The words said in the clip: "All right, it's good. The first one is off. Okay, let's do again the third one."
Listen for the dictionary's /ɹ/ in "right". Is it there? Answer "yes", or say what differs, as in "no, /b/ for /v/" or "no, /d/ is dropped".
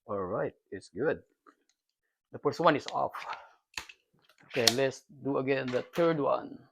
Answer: yes